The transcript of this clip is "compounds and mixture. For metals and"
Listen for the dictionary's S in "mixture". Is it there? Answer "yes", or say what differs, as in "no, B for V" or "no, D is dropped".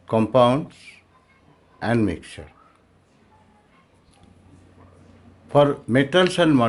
no, S is dropped